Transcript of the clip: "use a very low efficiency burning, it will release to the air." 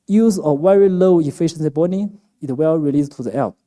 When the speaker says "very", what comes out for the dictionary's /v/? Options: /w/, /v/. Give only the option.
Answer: /w/